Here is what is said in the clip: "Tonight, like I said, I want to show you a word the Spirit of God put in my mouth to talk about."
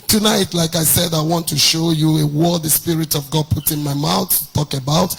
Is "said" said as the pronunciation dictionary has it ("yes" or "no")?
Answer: yes